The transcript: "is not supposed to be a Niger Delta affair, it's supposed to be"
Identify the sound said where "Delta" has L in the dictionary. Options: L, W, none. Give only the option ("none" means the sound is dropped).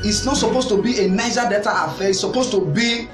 none